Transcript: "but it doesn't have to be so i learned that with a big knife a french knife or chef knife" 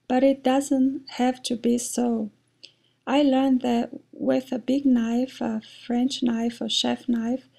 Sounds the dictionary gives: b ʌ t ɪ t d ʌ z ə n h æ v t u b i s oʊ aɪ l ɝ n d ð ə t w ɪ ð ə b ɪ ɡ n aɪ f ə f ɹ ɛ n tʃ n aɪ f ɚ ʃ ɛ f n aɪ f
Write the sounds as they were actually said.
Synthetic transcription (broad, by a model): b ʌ t ɪ t d ʌ z ə n h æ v t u b i s oʊ aɪ l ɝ n ð ə t w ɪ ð ə b ɪ ɡ n aɪ f ə f ɹ ɛ n tʃ n aɪ f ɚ ʃ ɛ f n aɪ f